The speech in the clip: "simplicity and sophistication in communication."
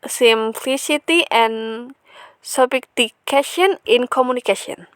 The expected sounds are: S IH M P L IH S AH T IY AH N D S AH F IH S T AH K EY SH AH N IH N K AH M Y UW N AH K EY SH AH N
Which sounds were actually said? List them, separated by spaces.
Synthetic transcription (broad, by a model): S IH M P L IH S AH T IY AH N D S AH P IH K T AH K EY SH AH N IH N K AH M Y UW N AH K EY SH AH N